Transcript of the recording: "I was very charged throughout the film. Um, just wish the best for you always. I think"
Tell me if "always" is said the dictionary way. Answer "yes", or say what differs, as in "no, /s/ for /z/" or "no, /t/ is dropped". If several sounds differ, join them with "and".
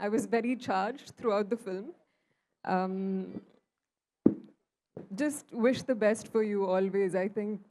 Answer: yes